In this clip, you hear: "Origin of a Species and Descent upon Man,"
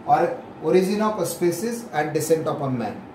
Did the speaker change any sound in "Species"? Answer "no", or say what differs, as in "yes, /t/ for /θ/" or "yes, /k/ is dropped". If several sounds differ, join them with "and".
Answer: yes, /s/ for /ʃ/